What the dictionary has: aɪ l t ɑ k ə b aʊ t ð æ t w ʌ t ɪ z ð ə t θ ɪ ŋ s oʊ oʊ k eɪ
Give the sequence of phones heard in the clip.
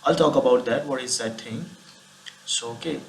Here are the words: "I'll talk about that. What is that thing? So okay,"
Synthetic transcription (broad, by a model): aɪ l t ɑ k ə b aʊ t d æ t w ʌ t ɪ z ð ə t t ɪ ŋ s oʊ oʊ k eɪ